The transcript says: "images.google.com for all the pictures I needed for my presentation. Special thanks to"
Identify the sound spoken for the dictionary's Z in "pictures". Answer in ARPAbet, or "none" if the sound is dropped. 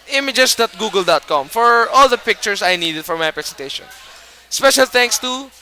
S